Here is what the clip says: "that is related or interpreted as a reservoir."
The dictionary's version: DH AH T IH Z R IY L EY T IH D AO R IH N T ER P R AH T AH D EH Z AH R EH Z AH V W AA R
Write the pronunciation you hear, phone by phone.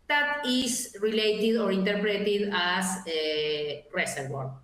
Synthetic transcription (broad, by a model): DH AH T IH S R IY L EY T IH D AO R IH N T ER P R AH T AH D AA S AH R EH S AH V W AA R